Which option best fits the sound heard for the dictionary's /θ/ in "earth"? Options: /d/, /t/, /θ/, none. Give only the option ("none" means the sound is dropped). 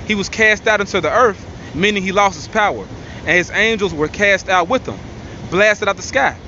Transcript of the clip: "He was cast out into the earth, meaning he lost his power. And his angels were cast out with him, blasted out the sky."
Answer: /θ/